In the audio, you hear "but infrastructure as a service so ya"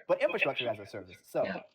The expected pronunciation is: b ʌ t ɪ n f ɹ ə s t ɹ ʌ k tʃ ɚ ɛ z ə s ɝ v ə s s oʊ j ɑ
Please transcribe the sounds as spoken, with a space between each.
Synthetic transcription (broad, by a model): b ʌ t ɪ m f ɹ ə s t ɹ ʌ k tʃ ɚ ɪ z ə s ɝ v ə s s oʊ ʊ